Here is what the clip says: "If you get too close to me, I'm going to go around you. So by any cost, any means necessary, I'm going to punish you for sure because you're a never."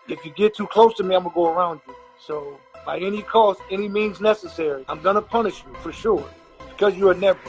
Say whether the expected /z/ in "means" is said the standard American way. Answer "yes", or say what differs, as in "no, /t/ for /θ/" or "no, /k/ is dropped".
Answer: yes